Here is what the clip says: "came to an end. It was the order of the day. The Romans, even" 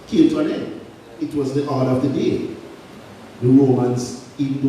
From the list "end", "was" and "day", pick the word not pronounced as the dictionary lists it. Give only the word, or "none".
end